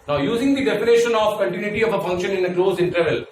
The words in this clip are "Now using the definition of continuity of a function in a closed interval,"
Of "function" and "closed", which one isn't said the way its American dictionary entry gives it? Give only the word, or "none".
closed